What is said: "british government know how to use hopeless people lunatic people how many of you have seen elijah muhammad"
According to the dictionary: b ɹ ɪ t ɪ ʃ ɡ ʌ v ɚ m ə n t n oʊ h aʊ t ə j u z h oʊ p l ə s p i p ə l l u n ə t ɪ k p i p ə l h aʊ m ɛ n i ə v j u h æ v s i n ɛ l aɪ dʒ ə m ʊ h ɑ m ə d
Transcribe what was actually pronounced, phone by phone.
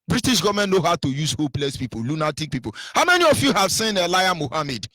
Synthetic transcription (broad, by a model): b ɹ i t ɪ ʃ ɡ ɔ v m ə n n oʊ h aʊ t ə j u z h oʊ p l ə s p i p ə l l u n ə t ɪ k p i p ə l h aʊ m ɛ n i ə f j u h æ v s i n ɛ l aɪ ə m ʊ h ɑ m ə d